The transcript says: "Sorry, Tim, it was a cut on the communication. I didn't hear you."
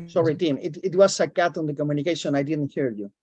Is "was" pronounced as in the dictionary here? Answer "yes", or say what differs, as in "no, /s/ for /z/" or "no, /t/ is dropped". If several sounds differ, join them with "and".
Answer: no, /s/ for /z/